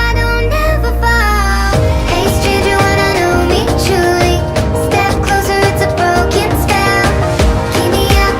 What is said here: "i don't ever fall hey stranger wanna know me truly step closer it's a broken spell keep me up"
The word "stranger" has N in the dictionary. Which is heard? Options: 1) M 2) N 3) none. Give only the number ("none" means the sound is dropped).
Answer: 3